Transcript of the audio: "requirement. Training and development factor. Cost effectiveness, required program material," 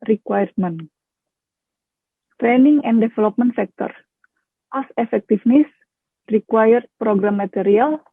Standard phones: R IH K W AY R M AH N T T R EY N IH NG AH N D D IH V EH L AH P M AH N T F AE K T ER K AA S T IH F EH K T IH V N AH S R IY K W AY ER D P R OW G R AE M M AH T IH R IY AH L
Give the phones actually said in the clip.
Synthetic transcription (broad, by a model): R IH K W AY R M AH N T T R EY N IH NG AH N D D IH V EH L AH P M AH N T F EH K T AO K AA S IH F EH K T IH F N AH S R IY K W AY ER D P R OW G R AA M M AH T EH R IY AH L